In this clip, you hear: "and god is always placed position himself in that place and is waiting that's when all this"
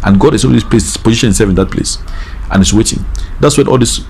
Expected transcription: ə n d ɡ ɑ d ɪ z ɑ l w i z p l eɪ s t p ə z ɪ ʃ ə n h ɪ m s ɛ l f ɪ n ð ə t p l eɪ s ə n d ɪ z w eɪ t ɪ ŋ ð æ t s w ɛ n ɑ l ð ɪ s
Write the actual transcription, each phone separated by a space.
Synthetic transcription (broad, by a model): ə n ɡ ɑ d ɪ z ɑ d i s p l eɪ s p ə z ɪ ʃ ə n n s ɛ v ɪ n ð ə t p l eɪ s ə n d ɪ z w eɪ t ɪ ŋ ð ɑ t s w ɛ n ɑ l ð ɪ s